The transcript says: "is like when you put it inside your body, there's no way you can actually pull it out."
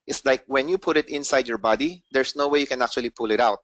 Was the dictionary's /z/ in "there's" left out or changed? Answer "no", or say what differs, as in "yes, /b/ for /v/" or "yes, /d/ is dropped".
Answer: yes, /s/ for /z/